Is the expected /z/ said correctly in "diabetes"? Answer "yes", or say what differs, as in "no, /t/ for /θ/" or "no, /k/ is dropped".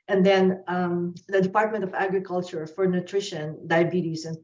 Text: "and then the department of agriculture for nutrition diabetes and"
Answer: no, /s/ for /z/